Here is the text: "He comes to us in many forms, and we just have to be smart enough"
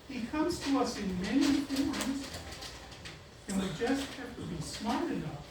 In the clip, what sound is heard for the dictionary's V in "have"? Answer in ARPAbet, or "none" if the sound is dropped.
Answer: F